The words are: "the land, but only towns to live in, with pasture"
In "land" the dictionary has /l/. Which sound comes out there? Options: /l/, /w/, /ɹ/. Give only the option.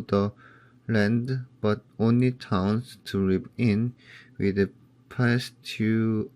/l/